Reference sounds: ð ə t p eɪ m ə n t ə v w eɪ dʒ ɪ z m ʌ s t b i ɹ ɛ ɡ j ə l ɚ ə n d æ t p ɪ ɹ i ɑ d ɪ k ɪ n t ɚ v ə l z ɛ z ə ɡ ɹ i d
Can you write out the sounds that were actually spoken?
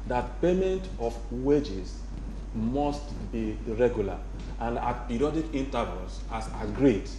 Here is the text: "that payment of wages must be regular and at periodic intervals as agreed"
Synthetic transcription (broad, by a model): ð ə t p eɪ m ə n t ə f w eɪ dʒ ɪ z m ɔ s t b i ɹ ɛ ɡ j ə l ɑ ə n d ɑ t p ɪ ɹ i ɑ d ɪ k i n t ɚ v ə l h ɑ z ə ɡ ɹ i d